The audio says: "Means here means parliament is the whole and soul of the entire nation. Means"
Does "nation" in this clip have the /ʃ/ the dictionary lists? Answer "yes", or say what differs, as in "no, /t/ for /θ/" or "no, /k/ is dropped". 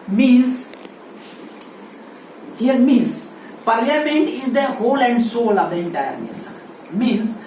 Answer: no, /s/ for /ʃ/